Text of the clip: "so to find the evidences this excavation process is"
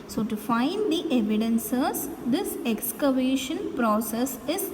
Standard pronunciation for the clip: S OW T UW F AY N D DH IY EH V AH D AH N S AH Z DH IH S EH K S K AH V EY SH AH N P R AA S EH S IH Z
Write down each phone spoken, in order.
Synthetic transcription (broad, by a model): S OW T UW F AY N D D IY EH V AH D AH N S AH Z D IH S EH K S K AH V EY SH AH N P R AA S EH S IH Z